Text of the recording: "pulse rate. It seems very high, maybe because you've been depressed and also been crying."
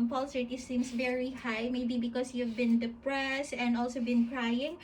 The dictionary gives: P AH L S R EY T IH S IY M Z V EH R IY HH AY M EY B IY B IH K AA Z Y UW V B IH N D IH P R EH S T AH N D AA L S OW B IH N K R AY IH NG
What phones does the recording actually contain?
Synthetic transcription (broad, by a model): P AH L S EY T IH S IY M S V EH R IY HH AY M EY B IY B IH K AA S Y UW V B IH N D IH P R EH S AH N D AA L S OW B IH N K R AY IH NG